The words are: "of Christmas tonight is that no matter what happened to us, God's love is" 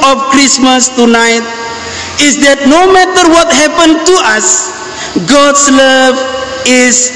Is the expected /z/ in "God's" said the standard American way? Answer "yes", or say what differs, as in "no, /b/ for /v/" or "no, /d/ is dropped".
no, /s/ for /z/